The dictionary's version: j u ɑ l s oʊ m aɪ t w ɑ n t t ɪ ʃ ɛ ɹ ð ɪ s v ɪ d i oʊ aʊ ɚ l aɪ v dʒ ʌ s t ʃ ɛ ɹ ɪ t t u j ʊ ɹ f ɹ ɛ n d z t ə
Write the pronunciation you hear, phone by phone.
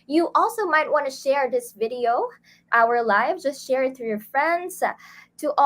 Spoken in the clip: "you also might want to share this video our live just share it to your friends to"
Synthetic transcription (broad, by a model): j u ɑ l s oʊ m aɪ t w ɑ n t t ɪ ʃ ɛ ɹ ð ɪ s v ɪ d i oʊ aʊ ɚ l aɪ v dʒ ʌ s t ʃ ɛ ɹ ɪ t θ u j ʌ ɹ f ɹ ɛ n d z t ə